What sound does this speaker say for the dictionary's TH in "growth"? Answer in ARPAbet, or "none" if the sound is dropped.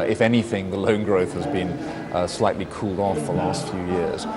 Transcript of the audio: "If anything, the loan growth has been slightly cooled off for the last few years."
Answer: TH